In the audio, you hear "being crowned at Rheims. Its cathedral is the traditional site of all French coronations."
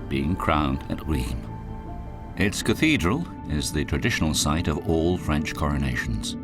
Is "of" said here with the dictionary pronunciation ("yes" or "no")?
yes